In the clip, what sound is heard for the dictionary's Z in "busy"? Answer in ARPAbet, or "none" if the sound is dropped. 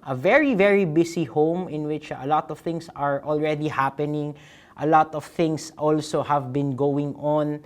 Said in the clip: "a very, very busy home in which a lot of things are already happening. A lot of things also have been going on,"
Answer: S